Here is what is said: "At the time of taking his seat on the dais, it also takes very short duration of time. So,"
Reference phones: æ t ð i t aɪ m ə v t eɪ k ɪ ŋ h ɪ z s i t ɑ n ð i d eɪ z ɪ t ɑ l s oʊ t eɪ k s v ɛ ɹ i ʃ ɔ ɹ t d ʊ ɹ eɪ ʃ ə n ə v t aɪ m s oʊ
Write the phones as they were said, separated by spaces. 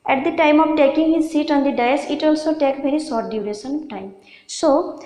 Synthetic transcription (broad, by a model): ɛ t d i t aɪ m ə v t eɪ k ɪ ŋ h ɪ z s i t ɑ n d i d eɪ s ɪ t ɑ l s oʊ t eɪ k v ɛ ɹ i s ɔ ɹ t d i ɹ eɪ s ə n t aɪ m s oʊ